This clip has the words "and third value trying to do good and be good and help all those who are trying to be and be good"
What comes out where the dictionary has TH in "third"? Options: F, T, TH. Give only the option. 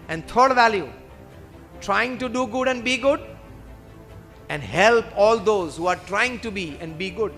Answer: T